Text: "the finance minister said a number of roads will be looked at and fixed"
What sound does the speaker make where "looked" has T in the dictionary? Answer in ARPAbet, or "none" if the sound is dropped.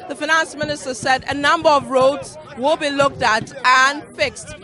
T